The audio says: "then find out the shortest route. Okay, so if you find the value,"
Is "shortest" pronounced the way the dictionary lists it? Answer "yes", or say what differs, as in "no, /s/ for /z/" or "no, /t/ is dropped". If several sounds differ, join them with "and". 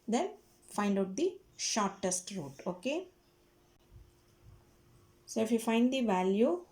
yes